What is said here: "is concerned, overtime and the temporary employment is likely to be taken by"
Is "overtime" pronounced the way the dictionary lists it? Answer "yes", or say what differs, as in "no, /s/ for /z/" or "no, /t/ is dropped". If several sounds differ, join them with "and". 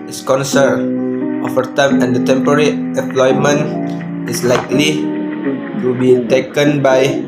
no, /f/ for /v/